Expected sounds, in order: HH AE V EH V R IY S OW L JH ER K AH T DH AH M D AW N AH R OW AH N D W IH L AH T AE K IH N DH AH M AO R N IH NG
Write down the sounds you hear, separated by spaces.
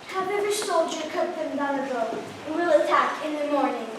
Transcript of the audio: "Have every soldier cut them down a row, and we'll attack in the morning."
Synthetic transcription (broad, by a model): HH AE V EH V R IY S OW L JH ER K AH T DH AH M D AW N AH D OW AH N W IH L AH T AE K IH N DH AH M AO R N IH NG